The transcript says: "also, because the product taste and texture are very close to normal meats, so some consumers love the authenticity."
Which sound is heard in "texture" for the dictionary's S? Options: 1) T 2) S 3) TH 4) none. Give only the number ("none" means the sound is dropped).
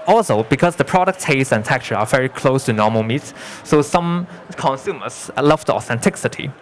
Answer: 4